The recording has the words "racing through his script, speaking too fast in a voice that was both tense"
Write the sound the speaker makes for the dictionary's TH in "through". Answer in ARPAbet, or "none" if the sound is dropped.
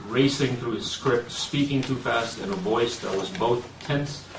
TH